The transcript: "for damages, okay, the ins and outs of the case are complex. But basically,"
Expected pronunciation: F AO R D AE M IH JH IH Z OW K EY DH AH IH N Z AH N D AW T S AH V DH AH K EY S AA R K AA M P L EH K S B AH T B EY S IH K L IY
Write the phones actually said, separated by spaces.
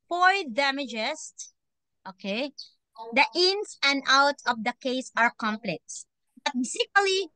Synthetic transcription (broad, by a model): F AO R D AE M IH JH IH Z OW K EY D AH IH N S AH N D AW T AH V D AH K EY S AA R K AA M P L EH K S B AH T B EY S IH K L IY